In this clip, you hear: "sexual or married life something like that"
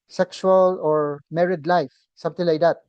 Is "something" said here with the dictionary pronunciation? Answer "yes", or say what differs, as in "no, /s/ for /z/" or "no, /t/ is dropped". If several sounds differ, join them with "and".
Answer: no, /t/ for /θ/